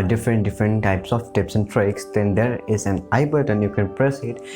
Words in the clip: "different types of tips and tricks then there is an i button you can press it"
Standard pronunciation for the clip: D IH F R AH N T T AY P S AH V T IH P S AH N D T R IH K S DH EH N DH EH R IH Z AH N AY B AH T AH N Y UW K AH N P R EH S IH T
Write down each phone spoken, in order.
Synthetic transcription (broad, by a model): D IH F R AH N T T AY P S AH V T IH P S AH N D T R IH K S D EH N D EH R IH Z AH N AY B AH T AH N Y UW K AH N P R EH S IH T